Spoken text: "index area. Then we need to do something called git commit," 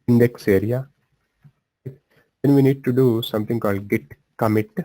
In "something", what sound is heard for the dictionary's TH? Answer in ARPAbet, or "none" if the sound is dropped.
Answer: T